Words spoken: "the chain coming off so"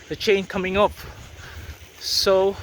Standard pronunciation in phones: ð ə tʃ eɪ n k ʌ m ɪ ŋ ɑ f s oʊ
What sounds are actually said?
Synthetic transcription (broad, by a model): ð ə tʃ eɪ n k ʌ m ɪ ŋ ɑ p s oʊ